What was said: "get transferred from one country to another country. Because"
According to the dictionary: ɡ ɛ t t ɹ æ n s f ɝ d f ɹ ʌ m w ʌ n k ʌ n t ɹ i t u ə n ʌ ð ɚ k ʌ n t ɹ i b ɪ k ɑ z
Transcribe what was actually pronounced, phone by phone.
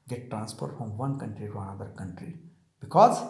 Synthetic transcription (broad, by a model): ɡ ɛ t t ɹ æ n s p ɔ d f ɹ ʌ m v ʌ n k ʌ n t ɹ i t u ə n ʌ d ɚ k ʌ n t ɹ i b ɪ k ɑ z